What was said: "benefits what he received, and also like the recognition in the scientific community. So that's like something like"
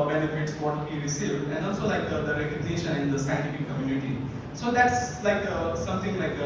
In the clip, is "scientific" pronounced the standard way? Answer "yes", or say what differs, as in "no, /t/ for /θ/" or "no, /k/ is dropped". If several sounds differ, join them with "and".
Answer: no, /p/ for /f/